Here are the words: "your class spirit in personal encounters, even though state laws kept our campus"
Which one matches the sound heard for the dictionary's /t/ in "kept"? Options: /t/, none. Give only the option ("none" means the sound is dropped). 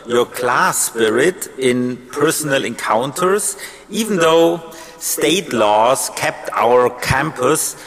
/t/